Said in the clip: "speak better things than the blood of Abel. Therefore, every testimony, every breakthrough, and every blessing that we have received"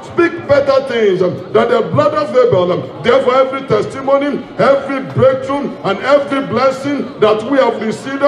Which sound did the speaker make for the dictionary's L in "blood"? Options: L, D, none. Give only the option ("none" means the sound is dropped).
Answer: L